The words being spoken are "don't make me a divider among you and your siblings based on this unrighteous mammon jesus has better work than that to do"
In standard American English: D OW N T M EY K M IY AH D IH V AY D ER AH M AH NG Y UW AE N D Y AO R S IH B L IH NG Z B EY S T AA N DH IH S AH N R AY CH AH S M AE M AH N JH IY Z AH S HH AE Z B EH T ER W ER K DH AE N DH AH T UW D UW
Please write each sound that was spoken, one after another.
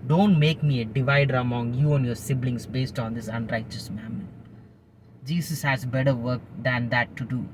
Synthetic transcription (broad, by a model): D OW N T M EY K M IY AH D IH V AY D ER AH M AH NG Y UW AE N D Y AO R S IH B L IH NG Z B EY S T AA N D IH S AH N R AY CH AH S M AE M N JH IY S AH S HH AE Z B EH T ER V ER K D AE N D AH T UW D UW